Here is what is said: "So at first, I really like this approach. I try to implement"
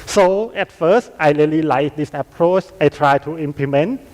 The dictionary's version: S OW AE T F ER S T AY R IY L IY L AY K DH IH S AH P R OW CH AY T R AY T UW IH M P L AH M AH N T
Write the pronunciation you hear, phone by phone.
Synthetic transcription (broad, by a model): S OW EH T F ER S T AY L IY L IY L AY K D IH S AH P R OW CH AY T R AY T UW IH M P L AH M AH N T